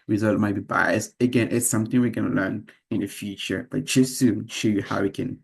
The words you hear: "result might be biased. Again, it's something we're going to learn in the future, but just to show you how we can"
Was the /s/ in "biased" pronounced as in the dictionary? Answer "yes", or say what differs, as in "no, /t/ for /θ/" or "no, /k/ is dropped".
yes